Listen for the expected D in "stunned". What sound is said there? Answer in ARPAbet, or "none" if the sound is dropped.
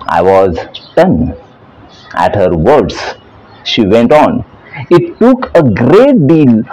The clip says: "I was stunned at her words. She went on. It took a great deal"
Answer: none